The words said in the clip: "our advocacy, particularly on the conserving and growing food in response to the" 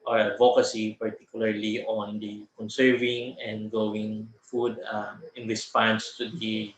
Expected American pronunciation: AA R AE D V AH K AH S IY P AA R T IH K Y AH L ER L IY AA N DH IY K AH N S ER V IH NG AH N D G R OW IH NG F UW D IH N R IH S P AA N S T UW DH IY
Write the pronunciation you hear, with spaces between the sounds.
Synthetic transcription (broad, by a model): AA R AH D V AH K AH S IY P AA R T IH K Y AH L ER L IY AA N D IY K AH N S ER V IH NG AH N D G OW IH NG F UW D IH N R IH S P AA N S T UW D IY